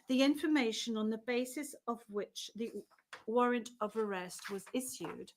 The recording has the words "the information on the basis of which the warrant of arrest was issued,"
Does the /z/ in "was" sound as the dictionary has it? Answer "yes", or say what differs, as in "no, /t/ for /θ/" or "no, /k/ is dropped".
yes